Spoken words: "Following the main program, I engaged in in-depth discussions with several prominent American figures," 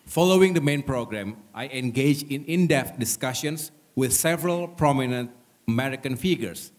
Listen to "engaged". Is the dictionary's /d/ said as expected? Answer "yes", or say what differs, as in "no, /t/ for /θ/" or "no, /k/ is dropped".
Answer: no, /d/ is dropped